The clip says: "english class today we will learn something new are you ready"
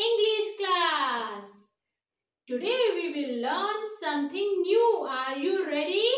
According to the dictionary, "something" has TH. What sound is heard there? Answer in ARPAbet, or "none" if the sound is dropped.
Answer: T